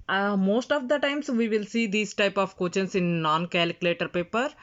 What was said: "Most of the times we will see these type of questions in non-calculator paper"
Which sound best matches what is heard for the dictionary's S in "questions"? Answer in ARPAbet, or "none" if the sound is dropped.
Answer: none